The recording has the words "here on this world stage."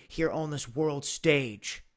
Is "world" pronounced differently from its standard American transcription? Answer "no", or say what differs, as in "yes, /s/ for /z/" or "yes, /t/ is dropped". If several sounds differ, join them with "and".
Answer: no